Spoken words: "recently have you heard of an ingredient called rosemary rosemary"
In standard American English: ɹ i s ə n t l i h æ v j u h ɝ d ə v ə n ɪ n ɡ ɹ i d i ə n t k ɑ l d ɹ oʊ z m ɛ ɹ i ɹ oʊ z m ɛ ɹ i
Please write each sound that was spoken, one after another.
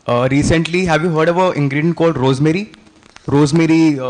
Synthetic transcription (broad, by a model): ɹ i s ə n t l i h æ v j u h ɝ d ə v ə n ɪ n ɡ ɹ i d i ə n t k ɑ l d ɹ oʊ z m ɛ ɹ i ɹ oʊ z m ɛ ɹ i